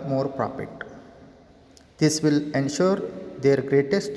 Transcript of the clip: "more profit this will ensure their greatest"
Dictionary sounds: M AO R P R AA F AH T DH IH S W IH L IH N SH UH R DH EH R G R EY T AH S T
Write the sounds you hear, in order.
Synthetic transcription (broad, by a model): M AO R P R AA P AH T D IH S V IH L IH N SH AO R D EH R G R EY T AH S T